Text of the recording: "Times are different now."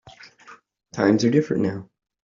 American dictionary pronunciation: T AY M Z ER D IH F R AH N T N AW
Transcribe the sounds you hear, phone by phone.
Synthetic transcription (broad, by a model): T AY M Z ER D IH F R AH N N AW